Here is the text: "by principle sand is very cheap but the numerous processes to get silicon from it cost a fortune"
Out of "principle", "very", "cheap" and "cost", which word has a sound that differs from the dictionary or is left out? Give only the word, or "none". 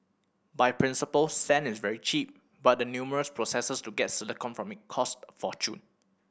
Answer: none